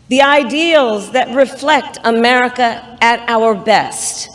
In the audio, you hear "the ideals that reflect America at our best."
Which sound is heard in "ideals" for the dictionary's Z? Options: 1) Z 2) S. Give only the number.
1